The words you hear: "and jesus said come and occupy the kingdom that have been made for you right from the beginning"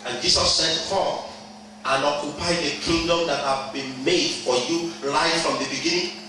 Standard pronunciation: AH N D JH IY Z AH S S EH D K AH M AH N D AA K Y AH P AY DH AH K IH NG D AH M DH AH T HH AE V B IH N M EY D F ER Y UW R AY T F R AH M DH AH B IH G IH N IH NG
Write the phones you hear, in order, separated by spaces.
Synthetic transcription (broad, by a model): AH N JH IY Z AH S S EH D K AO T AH N AA K Y AH P AY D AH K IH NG D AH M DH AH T HH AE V B IH N M EY D F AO Y UW L AY F R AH M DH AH B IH G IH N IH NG